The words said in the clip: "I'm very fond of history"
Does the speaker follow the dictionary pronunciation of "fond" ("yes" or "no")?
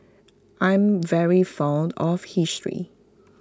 yes